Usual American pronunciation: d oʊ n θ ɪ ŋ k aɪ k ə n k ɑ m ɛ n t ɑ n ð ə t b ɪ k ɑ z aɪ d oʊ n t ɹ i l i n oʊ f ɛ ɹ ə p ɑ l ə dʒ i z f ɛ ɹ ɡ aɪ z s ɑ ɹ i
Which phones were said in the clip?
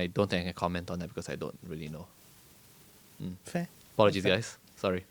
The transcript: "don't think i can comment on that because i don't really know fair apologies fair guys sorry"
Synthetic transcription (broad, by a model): d oʊ n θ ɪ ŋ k aɪ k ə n k ɑ m ɛ n t ɑ n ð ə t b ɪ k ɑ s aɪ d oʊ n t ɹ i l i n oʊ f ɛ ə p ɑ l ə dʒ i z ɡ aɪ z s ɑ ɹ i